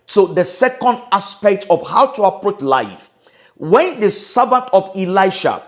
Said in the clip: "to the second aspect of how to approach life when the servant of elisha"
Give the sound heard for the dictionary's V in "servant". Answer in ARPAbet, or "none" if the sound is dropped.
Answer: B